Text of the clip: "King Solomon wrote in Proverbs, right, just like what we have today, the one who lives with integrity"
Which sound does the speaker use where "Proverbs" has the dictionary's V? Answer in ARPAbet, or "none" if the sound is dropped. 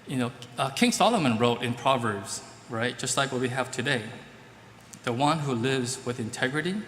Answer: V